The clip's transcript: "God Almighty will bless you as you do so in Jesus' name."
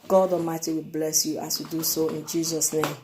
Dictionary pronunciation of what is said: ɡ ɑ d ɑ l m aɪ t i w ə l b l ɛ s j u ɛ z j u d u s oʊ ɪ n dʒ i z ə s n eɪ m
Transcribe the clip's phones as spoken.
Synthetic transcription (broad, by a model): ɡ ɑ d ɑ m aɪ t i w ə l b l ɛ s j u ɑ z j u d u s oʊ ɪ n dʒ i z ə s n eɪ m